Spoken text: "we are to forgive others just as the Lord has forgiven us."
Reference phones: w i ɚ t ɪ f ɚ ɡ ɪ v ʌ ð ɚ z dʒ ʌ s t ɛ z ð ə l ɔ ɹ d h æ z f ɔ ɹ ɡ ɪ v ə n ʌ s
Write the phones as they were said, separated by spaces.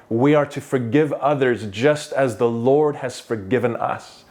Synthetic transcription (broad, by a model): w i ɚ t ɪ f ɚ ɡ ɪ v ʌ ð ɚ z dʒ ʌ s t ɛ z ð ə l ɔ ɹ d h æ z f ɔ ɹ ɡ ɪ v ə n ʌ s